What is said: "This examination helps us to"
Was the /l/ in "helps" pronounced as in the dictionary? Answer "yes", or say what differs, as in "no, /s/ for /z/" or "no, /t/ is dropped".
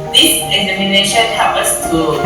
no, /l/ is dropped